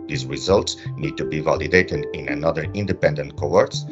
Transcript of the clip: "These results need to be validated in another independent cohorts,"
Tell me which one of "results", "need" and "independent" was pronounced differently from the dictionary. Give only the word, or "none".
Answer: none